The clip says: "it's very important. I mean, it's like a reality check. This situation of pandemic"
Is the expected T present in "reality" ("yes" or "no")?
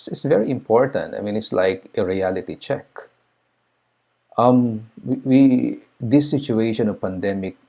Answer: yes